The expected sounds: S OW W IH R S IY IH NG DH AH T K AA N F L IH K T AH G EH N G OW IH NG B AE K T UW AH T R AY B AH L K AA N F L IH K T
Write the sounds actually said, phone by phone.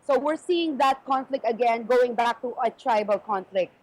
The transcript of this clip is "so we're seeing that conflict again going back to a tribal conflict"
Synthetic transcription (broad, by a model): S OW W IH R S IY IH NG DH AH T K AA N F L IH K T AH G EH N G OW IH NG B AE K T UW AH T R AY B AH L K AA N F L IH K T